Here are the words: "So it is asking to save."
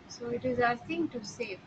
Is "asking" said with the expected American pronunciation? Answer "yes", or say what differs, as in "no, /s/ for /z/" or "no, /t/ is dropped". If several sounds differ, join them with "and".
no, /k/ is dropped